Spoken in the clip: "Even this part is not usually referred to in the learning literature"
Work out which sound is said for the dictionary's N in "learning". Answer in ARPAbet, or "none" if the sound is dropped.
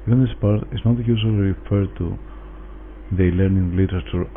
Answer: N